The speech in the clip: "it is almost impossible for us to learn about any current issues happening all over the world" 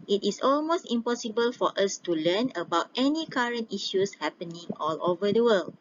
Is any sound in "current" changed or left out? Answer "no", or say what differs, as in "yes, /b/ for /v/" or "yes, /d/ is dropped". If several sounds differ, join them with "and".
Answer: no